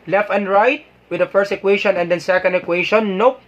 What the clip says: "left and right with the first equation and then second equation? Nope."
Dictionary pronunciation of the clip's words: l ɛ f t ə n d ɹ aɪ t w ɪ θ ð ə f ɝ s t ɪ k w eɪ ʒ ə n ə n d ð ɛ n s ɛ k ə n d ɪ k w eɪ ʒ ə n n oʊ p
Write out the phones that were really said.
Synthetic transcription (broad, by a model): l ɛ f t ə n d ɹ aɪ t w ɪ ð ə f ɝ s t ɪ k w eɪ ʃ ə n ə n d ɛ n s ɛ k ə n d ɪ k w eɪ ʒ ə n n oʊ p